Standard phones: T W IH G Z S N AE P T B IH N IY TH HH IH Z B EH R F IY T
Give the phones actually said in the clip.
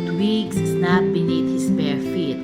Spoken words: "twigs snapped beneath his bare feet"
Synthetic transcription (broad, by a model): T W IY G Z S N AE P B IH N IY T HH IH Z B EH R F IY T